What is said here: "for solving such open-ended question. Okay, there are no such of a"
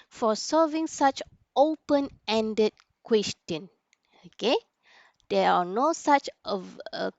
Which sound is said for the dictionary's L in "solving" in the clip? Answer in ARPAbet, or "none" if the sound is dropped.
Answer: none